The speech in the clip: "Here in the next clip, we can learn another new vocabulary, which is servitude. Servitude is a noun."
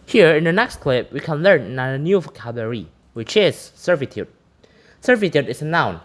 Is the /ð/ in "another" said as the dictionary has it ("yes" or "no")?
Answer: no